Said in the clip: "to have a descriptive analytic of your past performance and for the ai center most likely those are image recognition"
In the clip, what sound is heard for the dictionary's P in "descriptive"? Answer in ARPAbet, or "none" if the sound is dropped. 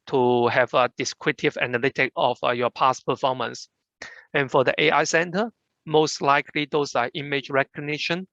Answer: none